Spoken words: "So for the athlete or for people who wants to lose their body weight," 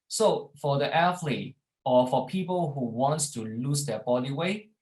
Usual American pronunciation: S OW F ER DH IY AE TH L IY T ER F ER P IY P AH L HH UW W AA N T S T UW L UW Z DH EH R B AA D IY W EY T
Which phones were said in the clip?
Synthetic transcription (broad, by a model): S OW F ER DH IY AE F L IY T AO F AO P IY P AH L HH UW W AA N T S T UW L UW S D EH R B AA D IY W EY